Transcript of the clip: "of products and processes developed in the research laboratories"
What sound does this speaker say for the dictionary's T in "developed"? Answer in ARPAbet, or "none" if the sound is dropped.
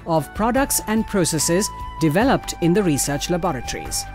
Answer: T